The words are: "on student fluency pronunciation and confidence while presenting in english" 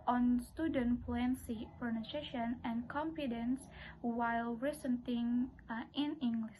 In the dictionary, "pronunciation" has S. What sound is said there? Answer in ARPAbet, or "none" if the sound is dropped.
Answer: none